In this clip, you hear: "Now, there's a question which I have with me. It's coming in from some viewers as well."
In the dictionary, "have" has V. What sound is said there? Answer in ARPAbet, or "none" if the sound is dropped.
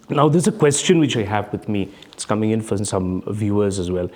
V